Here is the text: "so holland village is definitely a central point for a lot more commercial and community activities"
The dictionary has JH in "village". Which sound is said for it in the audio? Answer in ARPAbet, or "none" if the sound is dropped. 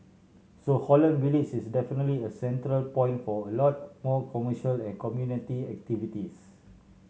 CH